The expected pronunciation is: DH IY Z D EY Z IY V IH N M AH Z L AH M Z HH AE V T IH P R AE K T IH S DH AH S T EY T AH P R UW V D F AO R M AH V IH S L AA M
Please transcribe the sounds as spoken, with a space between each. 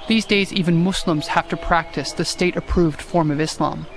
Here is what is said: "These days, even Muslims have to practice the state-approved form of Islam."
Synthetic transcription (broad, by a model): DH IY Z D EY Z IY V IH N M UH S L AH M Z HH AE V T IH P R AE K T IH S DH AH S T EY T AH P R UW V D F AO R M AH V IH S L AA M